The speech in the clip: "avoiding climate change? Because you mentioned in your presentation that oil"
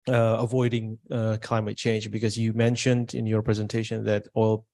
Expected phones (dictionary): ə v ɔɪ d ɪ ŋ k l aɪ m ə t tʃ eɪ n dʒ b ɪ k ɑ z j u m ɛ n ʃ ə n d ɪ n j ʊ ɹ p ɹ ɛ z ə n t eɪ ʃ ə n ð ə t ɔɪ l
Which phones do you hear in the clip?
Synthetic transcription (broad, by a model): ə v ɔɪ d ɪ ŋ k l aɪ m ə t tʃ eɪ n dʒ b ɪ k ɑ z j u m ɛ n ʃ ə n d ɪ n j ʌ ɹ p ɹ ɛ z ə n t eɪ ʃ ə n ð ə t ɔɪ l